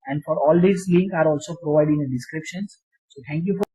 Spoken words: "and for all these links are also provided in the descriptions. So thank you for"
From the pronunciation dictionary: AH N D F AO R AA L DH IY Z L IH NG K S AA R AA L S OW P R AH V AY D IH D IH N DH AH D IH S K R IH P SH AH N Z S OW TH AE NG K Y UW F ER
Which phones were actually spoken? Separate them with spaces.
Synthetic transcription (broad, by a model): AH N D F AO R AA L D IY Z L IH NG K AA R AA L S OW P R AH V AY IH D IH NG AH D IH S K R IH P SH AH N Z S OW T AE NG K Y UW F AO